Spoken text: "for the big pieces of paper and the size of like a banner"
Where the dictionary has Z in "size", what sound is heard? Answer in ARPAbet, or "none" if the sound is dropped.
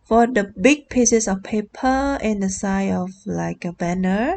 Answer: none